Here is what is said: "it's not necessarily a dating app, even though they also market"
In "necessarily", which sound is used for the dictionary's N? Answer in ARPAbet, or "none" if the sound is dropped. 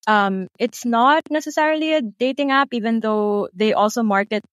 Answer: N